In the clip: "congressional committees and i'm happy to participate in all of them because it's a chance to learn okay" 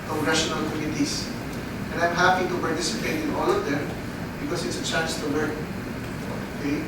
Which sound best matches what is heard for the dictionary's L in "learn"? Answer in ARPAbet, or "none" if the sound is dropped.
W